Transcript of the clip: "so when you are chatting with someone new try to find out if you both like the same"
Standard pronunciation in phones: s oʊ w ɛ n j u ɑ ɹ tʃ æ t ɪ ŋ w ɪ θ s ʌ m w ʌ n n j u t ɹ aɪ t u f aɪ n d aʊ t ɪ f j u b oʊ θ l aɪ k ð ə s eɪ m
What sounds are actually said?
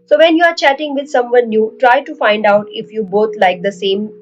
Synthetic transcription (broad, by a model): s oʊ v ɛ n j u ɑ ɹ tʃ æ t ɪ ŋ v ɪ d s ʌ m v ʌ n n j u t ɹ aɪ t u f aɪ n d aʊ t ɪ f j u b oʊ t l aɪ k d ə s eɪ m